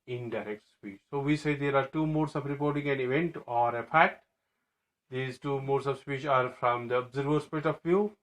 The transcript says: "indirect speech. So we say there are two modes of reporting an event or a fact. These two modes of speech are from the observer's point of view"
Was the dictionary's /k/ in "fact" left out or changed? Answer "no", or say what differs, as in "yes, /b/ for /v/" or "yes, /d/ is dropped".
yes, /k/ is dropped